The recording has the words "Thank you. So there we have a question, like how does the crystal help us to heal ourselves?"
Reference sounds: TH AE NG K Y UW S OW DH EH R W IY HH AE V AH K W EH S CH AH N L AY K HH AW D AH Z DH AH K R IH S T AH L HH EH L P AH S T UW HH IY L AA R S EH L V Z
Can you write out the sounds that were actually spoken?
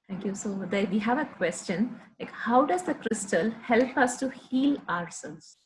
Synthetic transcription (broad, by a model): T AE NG K Y UW S OW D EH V IY HH AE V AH K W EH S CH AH N L AY K HH AW D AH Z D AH K R IH S T AH L HH EH L P AH S T UW HH IY L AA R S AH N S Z